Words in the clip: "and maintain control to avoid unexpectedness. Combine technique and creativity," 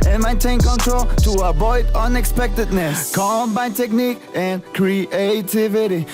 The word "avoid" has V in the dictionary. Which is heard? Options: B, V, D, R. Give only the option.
B